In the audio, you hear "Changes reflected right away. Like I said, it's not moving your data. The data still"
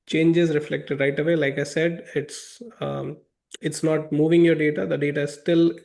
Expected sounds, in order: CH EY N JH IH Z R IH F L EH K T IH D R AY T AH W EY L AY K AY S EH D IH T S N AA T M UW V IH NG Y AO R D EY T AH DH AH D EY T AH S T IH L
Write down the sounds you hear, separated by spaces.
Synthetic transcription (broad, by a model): CH EY N JH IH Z R IH F L EH K T IH D R AY T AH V EY L AY K AY S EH D IH T S N AA T M UW V IH NG Y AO R D EY T AH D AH D EY T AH S T IH L